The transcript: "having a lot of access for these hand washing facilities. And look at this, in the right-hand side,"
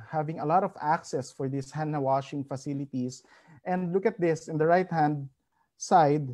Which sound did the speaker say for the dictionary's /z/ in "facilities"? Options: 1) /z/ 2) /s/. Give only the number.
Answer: 2